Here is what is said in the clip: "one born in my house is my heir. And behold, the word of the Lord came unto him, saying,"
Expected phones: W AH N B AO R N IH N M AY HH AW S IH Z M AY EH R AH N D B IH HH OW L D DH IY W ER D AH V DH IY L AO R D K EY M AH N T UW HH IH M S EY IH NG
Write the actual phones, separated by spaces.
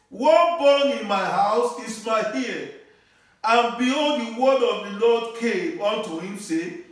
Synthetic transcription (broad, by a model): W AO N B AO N IH N M AY HH AW S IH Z M AY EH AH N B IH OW D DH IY W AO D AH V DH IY L AO D K EY M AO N T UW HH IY M S EY